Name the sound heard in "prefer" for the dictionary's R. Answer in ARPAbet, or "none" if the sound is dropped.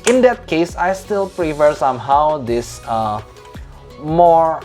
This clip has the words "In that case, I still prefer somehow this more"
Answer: R